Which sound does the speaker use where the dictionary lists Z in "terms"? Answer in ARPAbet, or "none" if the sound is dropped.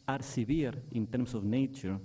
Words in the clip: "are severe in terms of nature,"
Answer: S